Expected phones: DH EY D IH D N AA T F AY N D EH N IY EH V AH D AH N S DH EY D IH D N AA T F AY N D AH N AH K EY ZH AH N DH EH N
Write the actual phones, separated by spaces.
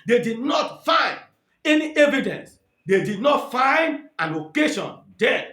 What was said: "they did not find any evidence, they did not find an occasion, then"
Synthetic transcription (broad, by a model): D EY D IH D N AA T F AY N D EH N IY EH V AH D AH N S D EY D IH D N AA T F AY N D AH L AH K EY SH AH N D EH